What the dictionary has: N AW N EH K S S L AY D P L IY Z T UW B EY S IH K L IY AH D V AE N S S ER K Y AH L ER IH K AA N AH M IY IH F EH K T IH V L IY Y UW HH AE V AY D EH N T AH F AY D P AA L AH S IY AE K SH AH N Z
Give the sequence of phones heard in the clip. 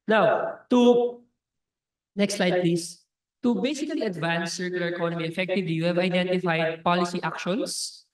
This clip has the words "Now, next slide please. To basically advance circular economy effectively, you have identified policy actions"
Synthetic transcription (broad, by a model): N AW N EH K S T L AY D P L IY S T UW B EY S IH K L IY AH D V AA N S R K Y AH L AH IH K AA N AH M IY IH F EH K T IH V L IY Y UW HH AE V AY D EH N T AH F AY D P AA L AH S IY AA K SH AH N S